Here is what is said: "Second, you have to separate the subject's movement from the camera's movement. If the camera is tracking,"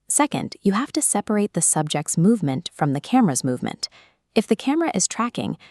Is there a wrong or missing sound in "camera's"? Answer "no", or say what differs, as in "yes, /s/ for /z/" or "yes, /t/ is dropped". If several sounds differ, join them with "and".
no